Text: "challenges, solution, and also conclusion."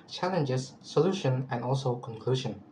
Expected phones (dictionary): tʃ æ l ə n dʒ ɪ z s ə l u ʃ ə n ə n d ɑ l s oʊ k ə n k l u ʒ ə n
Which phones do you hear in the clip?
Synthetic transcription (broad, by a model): tʃ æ l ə n dʒ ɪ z s ə l u ʃ ə n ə n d ɑ l s oʊ k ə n k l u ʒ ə n